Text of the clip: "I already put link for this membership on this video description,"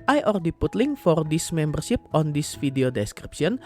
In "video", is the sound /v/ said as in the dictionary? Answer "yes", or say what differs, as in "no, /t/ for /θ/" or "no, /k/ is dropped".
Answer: no, /f/ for /v/